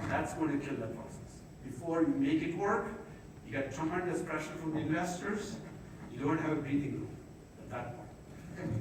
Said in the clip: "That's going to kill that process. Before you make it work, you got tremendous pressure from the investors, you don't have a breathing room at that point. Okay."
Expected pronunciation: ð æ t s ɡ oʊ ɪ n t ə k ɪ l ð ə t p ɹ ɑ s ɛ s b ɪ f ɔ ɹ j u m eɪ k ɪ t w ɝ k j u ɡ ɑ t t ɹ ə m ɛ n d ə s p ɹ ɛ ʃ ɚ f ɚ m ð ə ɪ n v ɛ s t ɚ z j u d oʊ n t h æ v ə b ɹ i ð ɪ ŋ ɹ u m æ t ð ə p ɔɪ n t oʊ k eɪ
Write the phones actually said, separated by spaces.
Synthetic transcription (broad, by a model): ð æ t s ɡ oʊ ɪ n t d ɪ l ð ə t p ɹ ɑ s ɛ s b ɪ f ɔ ɹ j u m eɪ k ɪ t w ɝ k j u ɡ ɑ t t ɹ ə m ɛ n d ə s p ɹ ɛ ʃ ɚ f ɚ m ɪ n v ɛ s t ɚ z j u d oʊ n t h æ v ə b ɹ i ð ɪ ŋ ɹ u æ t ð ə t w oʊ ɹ